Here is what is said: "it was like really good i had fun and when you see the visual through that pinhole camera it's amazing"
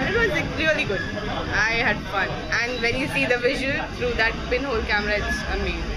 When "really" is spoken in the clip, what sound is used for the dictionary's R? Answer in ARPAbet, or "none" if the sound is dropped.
L